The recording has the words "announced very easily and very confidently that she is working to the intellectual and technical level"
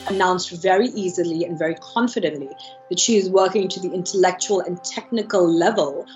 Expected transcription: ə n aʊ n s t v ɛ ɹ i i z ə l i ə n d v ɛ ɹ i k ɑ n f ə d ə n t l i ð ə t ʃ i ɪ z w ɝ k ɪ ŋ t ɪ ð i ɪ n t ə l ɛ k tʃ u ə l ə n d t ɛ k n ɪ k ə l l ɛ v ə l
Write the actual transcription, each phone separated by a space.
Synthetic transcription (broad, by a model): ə n aʊ n s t v ɛ ɹ i i z ə l i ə n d v ɛ ɹ i k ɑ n f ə d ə n t l i ð ə t ʃ i ɪ z w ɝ k ɪ ŋ t ɪ ð i ɪ n t ə l ɛ k tʃ u ə l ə n t ɛ k n ɪ k ə l l ɛ v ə l